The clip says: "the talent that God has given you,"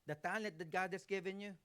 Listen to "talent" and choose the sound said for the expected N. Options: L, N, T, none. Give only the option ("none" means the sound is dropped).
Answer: none